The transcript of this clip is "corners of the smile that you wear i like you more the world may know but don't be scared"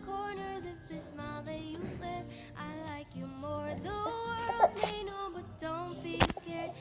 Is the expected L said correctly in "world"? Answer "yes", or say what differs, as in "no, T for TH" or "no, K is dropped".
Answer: yes